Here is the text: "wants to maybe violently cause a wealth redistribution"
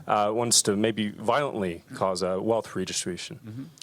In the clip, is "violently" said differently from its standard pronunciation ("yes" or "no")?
no